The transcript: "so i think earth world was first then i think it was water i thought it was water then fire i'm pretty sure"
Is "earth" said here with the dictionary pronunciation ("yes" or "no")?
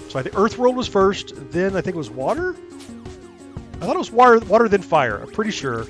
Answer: yes